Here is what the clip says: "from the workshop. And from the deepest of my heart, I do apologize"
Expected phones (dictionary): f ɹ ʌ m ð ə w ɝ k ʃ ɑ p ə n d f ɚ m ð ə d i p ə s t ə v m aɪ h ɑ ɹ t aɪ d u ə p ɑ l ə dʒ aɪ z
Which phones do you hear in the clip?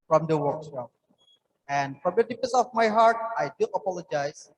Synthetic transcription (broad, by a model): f ɹ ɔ m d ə w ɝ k s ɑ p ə n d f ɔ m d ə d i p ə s ə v m aɪ h ɑ ɹ t aɪ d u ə p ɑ l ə dʒ aɪ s